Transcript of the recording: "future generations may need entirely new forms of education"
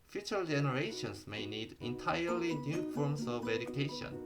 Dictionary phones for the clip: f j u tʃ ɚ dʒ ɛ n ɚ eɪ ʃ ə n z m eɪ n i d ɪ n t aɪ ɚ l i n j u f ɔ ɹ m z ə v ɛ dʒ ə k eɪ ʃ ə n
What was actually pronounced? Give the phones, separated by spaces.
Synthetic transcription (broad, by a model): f j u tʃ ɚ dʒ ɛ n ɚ eɪ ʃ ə n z m eɪ n i d ɪ n t aɪ ɚ l i n j u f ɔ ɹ m s ə v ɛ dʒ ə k eɪ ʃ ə n